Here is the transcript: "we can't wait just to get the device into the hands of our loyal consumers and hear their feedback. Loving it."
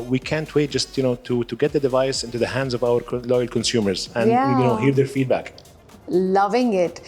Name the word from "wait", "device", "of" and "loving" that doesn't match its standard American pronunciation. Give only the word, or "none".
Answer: none